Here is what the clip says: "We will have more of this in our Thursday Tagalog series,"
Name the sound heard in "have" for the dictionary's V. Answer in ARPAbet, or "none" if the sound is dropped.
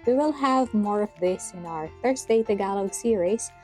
V